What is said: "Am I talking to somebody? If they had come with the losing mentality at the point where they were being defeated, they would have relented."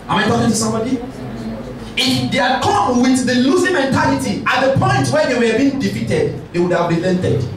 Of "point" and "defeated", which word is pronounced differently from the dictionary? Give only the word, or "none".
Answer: none